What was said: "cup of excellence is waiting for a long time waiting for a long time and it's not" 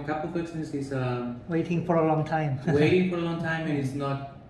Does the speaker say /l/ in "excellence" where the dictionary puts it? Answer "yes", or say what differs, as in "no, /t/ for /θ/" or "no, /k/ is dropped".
no, /n/ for /l/